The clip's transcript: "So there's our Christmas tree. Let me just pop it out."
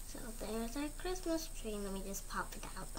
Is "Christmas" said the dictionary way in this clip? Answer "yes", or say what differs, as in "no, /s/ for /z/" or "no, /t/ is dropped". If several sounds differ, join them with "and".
yes